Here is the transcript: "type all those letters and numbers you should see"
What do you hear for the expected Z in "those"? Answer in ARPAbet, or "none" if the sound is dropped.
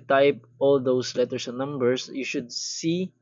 S